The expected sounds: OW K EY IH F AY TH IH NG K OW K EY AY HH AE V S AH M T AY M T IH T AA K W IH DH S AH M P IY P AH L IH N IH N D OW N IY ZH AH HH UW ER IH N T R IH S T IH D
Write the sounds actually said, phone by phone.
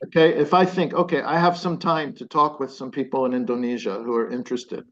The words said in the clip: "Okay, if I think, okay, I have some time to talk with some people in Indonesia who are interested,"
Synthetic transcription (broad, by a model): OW K EY IH F AY TH IH NG K OW K EY AY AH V S AH M T AY M T IH T AA K W IH DH S AH M P IY P L IH N IH N D OW N IY ZH AH HH UW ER IH N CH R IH S T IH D